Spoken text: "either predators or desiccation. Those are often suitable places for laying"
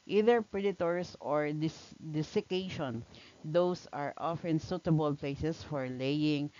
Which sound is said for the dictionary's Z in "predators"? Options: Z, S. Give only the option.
S